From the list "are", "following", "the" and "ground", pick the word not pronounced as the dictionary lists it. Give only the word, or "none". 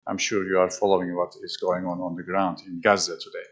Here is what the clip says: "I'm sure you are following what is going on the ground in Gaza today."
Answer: none